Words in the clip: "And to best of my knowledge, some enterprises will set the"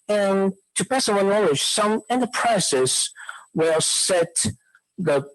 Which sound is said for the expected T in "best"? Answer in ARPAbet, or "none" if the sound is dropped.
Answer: none